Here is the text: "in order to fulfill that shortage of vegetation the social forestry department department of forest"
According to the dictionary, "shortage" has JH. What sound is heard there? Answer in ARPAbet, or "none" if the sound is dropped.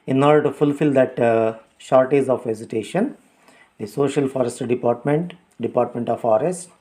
Z